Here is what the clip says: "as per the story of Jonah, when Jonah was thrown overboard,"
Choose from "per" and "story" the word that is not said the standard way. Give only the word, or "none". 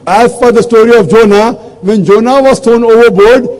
per